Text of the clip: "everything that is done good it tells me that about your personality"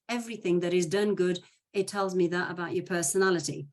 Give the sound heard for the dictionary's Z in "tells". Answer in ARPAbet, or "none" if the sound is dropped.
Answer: Z